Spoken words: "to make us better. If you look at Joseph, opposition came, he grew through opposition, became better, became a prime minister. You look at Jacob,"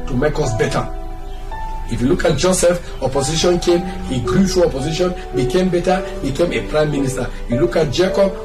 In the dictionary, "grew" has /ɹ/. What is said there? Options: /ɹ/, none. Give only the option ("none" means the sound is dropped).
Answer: /ɹ/